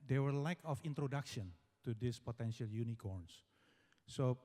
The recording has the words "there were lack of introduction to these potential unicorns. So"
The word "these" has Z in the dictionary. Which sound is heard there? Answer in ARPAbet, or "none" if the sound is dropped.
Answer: S